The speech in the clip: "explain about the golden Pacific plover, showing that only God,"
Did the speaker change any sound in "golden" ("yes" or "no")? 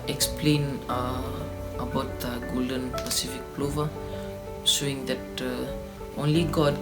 no